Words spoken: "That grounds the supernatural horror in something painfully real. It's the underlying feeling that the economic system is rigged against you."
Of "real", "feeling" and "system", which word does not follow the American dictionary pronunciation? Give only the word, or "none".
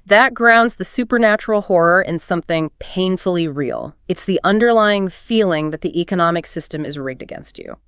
none